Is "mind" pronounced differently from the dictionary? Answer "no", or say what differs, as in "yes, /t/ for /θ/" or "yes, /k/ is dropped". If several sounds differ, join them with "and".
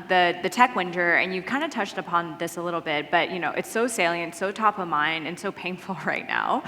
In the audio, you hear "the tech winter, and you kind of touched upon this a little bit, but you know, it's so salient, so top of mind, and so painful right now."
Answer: yes, /d/ is dropped